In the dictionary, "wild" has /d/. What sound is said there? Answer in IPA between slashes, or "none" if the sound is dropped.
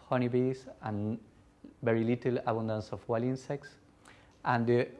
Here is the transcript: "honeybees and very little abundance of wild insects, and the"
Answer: none